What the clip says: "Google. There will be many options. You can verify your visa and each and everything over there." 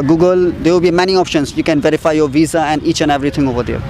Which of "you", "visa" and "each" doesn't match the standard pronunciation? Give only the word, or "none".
none